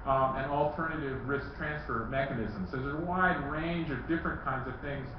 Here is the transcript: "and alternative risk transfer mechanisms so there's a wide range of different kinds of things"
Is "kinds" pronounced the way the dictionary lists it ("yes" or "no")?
yes